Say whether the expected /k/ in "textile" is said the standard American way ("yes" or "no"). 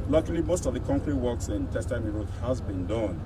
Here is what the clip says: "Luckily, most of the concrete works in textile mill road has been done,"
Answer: no